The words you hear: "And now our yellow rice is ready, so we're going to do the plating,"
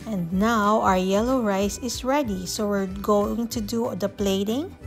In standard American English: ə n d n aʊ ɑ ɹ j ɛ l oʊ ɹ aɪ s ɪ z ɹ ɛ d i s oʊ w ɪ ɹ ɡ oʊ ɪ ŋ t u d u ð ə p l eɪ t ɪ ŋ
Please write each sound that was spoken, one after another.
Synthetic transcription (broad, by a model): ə n d n aʊ ɑ ɹ j ɛ l oʊ ɹ aɪ s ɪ s ɹ ɛ d i s oʊ w ɪ ɹ ɡ oʊ ɪ ŋ t u d u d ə p l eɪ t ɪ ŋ